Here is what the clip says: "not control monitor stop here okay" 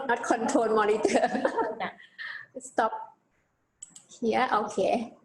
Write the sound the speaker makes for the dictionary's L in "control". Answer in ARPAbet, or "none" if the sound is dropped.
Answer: N